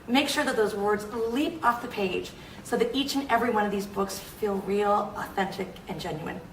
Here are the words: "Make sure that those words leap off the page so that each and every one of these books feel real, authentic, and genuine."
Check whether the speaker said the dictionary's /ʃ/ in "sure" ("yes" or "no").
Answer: yes